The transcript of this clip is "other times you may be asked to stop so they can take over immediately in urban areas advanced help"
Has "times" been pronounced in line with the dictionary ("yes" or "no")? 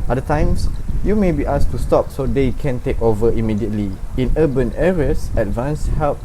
no